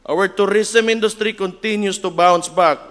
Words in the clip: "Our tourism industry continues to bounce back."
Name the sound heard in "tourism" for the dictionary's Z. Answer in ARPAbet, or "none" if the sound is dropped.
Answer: S